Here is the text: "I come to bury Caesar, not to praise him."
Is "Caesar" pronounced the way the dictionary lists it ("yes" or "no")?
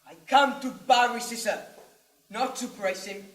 no